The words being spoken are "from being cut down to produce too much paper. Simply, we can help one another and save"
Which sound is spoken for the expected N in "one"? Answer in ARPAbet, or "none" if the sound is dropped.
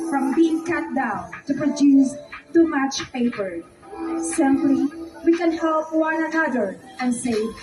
N